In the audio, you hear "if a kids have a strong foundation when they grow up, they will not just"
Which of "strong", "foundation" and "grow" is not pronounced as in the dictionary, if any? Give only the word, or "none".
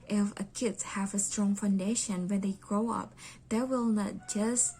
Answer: none